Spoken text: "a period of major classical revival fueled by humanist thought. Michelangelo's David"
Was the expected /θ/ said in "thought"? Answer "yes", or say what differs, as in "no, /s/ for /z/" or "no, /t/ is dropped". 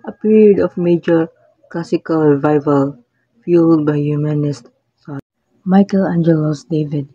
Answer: no, /s/ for /θ/